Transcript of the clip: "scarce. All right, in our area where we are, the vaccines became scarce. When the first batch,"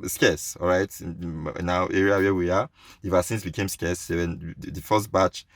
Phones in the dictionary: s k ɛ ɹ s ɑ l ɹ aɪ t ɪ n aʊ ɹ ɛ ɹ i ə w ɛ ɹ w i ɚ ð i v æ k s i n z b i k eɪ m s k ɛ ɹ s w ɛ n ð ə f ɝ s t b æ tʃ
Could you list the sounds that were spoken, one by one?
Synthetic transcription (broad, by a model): s k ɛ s ɑ l ɹ aɪ t n aʊ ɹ ɛ ɹ i ə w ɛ w i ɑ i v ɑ s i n s b i k eɪ m s k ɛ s w ɛ n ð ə f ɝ s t b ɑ tʃ